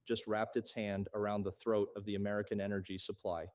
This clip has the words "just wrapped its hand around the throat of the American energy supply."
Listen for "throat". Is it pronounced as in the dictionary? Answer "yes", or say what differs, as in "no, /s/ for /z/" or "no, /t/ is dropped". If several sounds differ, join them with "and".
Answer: yes